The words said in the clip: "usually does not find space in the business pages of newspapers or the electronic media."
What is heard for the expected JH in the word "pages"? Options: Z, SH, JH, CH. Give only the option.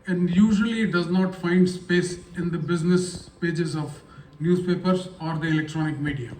JH